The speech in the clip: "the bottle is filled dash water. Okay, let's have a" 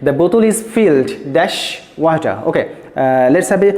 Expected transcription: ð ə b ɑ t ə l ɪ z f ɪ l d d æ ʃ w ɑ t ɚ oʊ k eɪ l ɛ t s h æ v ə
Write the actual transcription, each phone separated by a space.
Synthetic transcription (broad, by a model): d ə b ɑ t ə l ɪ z f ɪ l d d æ ʃ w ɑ t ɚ oʊ k eɪ l ɛ t s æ b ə